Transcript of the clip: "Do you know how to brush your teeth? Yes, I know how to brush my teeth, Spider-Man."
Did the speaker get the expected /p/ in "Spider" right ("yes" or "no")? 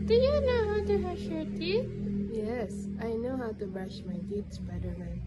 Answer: no